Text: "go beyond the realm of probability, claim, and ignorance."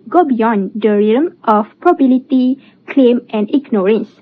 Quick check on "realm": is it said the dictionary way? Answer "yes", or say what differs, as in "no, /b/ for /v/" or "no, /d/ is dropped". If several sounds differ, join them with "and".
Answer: no, /l/ is dropped